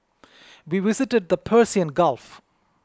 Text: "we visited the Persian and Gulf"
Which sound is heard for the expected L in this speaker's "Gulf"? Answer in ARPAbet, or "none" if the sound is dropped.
L